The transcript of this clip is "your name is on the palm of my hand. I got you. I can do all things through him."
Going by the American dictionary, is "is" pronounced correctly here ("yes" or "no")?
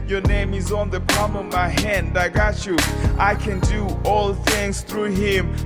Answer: yes